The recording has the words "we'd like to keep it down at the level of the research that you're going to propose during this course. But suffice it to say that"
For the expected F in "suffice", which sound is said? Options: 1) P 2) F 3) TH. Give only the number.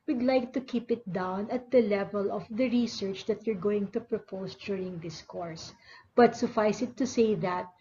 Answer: 2